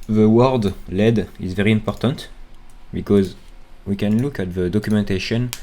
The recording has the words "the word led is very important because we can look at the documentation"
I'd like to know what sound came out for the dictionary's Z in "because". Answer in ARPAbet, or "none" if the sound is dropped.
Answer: Z